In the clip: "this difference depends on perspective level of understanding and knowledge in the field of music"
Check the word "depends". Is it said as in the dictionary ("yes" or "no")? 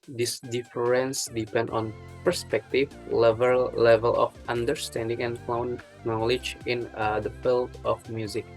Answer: no